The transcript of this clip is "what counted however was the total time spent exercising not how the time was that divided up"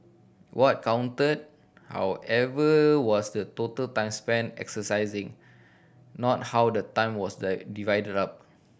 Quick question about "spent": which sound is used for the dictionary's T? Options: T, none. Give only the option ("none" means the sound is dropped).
none